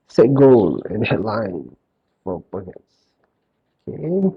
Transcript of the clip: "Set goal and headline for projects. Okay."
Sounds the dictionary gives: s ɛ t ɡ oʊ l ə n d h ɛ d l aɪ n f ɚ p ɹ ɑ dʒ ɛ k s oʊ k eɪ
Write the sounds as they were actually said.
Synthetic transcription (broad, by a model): s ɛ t ɡ oʊ l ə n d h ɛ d l aɪ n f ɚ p ɑ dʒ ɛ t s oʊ k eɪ